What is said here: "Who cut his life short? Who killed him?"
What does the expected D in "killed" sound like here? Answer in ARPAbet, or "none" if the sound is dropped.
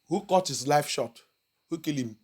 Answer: none